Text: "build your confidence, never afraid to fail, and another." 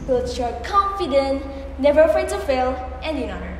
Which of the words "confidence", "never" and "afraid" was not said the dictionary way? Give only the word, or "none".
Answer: confidence